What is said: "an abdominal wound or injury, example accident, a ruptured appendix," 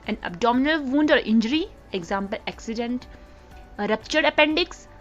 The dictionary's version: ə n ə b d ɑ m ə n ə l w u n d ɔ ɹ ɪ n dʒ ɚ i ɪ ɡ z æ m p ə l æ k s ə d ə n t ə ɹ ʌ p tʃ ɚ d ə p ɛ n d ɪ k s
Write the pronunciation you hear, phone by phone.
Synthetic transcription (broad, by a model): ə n ə b d ɑ m ə n ə l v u n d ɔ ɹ ɪ n dʒ ɚ i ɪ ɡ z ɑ m p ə l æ k s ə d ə n t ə ɹ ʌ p tʃ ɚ d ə p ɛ n d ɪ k s